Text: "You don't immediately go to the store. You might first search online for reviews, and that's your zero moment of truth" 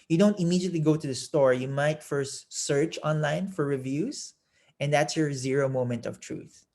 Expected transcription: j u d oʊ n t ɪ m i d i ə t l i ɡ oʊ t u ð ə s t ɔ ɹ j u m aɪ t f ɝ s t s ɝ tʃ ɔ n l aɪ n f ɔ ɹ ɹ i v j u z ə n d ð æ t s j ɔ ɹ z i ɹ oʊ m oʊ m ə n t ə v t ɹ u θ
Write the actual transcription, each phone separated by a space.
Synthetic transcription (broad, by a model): j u d oʊ n t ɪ m i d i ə t l i ɡ oʊ t u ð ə s t ɔ ɹ j u m aɪ t f ɝ s t s ɝ tʃ ɔ n l aɪ n f ɔ ɹ ɹ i v j u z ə n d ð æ t s j ɔ ɹ z i ɹ oʊ m oʊ m ə n t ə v t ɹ u θ